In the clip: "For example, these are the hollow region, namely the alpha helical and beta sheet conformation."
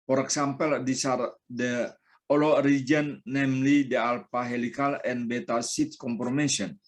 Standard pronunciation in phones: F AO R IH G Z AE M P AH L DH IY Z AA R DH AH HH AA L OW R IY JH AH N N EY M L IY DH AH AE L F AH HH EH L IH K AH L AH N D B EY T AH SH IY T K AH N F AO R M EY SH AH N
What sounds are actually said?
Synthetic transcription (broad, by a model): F AO R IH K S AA M P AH L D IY S AA R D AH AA L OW R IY JH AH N N EY M L IY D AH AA L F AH HH EH L IH K AH L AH N B EY T AH S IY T K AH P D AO M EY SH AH N